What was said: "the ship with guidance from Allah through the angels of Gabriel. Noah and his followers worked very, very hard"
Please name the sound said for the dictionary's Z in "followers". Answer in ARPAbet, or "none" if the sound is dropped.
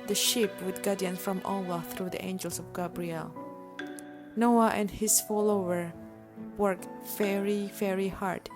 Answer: none